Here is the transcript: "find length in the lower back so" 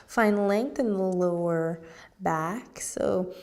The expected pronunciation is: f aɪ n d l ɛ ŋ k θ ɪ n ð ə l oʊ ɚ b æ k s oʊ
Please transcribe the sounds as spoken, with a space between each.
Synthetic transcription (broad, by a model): f aɪ n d l ɛ ŋ k θ ɪ n ð ə l oʊ ɚ b æ k s oʊ